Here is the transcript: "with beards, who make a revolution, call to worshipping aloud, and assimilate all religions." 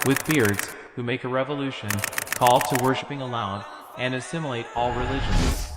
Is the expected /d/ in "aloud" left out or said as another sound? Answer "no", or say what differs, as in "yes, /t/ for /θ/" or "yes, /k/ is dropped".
yes, /d/ is dropped